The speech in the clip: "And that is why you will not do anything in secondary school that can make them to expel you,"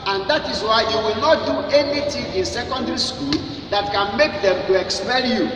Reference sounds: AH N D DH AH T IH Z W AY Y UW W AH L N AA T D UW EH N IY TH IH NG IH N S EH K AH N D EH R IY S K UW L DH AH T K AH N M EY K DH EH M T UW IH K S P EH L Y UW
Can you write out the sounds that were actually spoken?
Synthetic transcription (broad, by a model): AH N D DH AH T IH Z W AY Y UW W AH L N AA T D UW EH N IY T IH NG IH N S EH K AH N D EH R IY S K UW L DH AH T K AH N M EY K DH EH M T UW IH K S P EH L Y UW